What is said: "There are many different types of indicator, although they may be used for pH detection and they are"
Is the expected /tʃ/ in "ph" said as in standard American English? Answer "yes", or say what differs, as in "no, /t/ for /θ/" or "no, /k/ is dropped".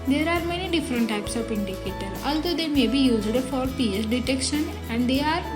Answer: no, /s/ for /tʃ/